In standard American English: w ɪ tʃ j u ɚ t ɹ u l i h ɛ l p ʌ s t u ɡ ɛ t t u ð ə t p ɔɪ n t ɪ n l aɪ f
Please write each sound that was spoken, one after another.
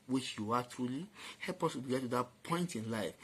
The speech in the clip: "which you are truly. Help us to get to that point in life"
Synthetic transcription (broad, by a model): w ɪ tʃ j u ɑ t ɹ u l i h ɛ l p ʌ s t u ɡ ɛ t t u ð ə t p ɔɪ n t ɪ n l aɪ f